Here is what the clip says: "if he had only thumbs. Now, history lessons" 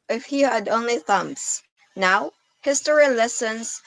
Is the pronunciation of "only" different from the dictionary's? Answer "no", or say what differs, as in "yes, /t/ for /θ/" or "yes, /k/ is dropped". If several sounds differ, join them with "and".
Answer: no